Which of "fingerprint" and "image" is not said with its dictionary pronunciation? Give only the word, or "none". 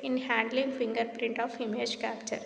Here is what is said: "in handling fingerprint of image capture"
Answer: none